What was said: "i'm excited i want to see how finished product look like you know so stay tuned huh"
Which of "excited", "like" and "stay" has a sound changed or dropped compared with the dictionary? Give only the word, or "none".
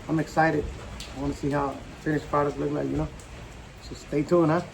none